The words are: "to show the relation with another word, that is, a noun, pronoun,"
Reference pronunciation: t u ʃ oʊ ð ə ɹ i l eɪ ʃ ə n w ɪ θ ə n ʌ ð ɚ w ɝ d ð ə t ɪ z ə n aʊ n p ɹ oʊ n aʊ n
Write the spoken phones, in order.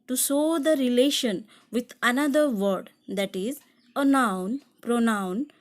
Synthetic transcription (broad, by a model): t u s oʊ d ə ɹ i l eɪ ʃ ə n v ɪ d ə n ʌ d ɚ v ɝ d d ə t ɪ z ə n aʊ n p ɹ oʊ n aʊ n